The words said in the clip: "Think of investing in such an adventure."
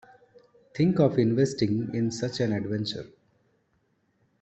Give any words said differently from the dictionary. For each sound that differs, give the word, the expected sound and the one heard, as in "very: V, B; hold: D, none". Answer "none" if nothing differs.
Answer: think: TH, T